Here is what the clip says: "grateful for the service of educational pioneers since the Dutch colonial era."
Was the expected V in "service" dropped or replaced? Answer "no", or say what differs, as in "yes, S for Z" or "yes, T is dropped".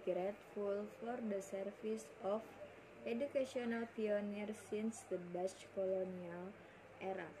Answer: yes, F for V